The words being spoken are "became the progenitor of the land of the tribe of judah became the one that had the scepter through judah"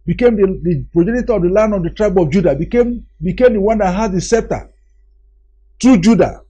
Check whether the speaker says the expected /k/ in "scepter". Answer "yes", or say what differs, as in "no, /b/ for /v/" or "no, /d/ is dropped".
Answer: no, /k/ is dropped